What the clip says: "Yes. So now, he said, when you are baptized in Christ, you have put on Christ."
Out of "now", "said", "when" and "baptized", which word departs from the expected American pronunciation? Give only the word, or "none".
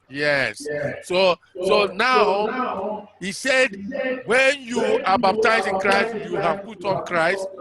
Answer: baptized